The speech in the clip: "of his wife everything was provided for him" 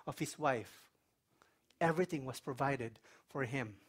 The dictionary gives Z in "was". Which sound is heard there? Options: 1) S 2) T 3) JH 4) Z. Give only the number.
1